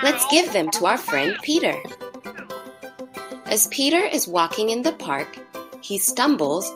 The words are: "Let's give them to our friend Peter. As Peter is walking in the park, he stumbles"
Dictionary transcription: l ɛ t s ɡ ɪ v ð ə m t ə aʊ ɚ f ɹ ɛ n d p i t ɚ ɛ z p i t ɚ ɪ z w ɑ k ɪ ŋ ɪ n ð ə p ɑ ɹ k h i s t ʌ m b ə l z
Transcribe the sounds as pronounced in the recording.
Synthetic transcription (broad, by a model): l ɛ t s ɡ ɪ v ð ə m t ə aʊ ɚ f ɹ ɛ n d p i t ɚ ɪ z p i t ɚ ɪ z w ɑ k ɪ ŋ ɪ n ð ə p ɑ ɹ k h i s t ʌ m b l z